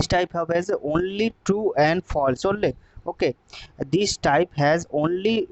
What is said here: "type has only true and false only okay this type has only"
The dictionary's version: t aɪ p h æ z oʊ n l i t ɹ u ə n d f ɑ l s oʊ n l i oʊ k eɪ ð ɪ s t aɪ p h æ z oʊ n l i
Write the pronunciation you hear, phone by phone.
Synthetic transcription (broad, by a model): t aɪ p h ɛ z oʊ n l i t u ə n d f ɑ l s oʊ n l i oʊ k eɪ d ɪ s t aɪ p h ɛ z oʊ n l i